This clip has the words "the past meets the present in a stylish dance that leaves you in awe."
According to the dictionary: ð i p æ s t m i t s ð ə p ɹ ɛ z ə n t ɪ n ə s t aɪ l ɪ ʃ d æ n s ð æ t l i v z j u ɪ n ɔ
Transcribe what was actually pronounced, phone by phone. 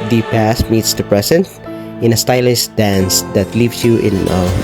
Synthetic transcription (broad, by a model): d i p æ s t m i t s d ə p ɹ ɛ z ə n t ɪ n ə s t aɪ l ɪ s d æ n s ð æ t l i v s j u ɪ n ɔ